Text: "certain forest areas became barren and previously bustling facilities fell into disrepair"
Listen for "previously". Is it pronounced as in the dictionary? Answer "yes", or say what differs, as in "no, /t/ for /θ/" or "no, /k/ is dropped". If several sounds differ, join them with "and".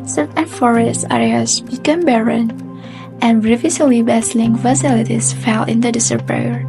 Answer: no, /s/ is dropped